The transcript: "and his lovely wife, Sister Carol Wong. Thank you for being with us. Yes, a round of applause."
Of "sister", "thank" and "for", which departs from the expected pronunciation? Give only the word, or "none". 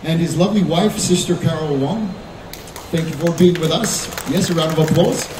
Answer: none